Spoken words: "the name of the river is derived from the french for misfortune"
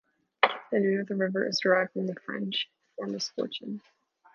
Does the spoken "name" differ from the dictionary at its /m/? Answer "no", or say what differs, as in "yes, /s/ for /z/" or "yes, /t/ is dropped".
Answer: yes, /m/ is dropped